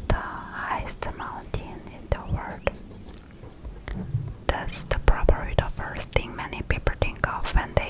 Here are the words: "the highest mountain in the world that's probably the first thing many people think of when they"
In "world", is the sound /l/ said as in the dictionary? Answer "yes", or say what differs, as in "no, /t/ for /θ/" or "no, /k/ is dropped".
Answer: no, /l/ is dropped